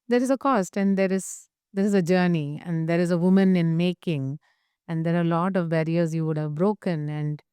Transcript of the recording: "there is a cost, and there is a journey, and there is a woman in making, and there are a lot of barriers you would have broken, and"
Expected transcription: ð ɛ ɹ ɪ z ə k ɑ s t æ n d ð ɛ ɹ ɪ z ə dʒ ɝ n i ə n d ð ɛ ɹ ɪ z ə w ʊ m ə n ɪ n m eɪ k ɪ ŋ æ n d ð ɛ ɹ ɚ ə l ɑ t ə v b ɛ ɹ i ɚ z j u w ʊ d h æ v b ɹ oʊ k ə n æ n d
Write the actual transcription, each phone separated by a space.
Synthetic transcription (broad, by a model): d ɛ ɹ ɪ z ə k ɑ s t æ n d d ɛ ɹ ɪ z ə dʒ ɝ n i ə n d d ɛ ɹ ɪ z ə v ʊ m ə n ɪ n m eɪ k ɪ ŋ æ n d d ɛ ɹ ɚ ə l ɑ t ə v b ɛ ɹ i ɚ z j u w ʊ d h æ v b ɹ oʊ k ə n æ n d